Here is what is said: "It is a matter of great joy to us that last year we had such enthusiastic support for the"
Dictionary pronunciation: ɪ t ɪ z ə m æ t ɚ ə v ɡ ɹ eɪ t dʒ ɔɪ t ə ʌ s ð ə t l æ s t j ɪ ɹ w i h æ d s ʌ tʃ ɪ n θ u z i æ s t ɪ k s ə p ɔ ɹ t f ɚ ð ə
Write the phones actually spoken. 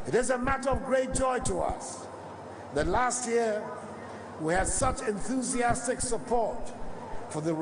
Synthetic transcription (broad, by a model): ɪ t ɪ z ə m æ t ɚ ə v ɡ ɹ eɪ t dʒ ɔɪ t ə ʌ s ð ə t l æ s t j ɪ ɹ w i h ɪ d s ʌ tʃ ɪ n θ u z i æ s t ɪ k s ə p ɔ ɹ t f ɚ ð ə